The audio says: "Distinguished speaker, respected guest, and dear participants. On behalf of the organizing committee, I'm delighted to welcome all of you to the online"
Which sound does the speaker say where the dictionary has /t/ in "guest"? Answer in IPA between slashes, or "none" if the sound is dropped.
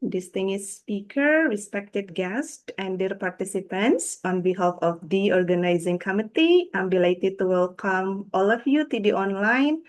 /t/